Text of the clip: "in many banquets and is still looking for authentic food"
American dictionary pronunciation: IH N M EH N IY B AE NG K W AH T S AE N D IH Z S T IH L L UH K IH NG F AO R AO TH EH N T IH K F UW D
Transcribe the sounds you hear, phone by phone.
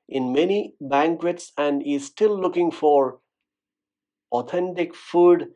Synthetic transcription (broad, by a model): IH N M EH N IY B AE NG K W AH T S AE N D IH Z S T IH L L UH K IH NG F AO R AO T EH N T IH K F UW D